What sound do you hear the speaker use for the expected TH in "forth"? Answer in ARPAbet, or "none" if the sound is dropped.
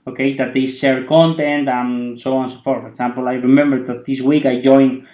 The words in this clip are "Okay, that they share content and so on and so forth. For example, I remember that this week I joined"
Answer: T